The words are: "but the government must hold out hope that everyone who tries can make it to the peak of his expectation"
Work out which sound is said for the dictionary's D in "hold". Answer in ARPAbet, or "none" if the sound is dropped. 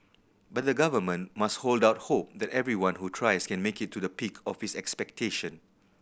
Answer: D